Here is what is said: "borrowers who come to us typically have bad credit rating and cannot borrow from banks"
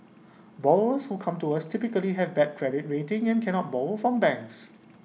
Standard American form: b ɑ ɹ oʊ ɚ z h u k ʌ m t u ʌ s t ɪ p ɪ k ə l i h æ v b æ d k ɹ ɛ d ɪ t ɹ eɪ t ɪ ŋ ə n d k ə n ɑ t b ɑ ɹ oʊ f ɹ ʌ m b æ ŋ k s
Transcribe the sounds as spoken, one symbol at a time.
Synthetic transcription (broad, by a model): b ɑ oʊ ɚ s h u k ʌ m t u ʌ s t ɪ p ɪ k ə l i h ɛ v b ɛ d k ɹ ɛ d ɪ t ɹ eɪ t ɪ ŋ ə n k ə n ɑ t b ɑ oʊ f ɹ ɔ m b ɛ ŋ k s